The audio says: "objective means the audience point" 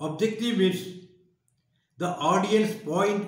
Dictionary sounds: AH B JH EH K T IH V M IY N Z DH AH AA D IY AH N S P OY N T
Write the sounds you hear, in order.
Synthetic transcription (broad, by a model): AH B JH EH K T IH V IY Z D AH AA D IY AH N S P OY N T